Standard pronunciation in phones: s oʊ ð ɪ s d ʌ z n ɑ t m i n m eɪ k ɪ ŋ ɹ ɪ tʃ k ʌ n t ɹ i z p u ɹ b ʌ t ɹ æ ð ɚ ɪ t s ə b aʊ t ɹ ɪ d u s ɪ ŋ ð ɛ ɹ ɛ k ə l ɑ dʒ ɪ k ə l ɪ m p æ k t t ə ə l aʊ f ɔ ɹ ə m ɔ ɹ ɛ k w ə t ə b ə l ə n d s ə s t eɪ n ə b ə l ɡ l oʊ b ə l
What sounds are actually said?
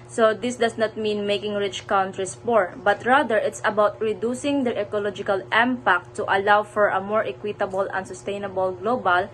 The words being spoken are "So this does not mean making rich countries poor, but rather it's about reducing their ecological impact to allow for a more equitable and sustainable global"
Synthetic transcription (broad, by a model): s oʊ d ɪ s d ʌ s n ɑ t m i n m eɪ k ɪ ŋ ɹ ɪ tʃ k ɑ n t ɹ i s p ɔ ɹ b ʌ t ɹ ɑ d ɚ ɪ t s ə b aʊ t ɹ ɪ d u s ɪ ŋ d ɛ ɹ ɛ k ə l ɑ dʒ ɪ k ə l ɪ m p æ k t t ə ə l aʊ f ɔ ɹ ə m ɔ ɹ ɛ k w ə t ə b ə l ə n s ə s t eɪ n ə b ə l ɡ l oʊ b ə l